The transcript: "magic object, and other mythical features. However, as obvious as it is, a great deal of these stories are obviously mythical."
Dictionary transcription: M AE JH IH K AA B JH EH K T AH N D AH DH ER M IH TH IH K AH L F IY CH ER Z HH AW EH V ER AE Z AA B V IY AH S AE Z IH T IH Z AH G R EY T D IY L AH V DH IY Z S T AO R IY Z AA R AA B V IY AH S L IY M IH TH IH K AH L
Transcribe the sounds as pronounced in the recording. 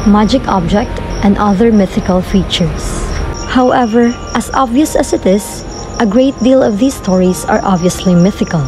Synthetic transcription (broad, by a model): M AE JH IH K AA B JH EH K T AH N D AH DH ER M IH TH IH K AH L F IY CH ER S HH AW EH V ER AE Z AA B V IY AH S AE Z IH T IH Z AH G R EY T D IY L AH V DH IY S T AO R IY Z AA R AA B V IY AH S L IY M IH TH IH K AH L